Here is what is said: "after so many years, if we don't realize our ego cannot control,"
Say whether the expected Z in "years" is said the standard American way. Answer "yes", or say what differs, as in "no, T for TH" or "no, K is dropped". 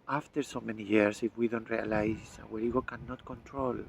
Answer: no, S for Z